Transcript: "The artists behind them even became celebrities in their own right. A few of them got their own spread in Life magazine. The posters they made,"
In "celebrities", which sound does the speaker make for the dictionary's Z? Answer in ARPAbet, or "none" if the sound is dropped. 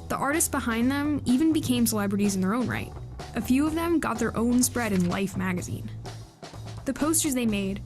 Z